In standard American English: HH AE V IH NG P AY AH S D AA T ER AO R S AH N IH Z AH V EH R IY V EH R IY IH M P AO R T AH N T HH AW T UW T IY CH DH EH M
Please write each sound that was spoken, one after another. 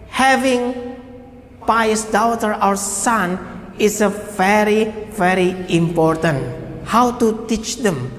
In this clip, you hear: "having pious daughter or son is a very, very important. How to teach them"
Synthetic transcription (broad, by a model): HH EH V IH NG P AY AH S D AA T ER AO W S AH N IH S AH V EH R IY V EH R IY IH M P AO R T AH N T HH AW T UW T IY CH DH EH M